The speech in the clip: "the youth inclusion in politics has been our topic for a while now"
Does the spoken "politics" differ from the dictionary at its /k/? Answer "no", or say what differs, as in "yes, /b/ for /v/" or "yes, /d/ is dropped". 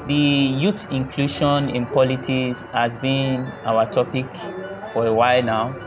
yes, /k/ is dropped